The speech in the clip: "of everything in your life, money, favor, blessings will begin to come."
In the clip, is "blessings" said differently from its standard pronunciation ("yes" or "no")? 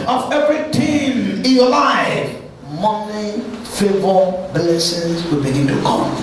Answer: yes